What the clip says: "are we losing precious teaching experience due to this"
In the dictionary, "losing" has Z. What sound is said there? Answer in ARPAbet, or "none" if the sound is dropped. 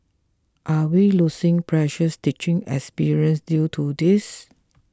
S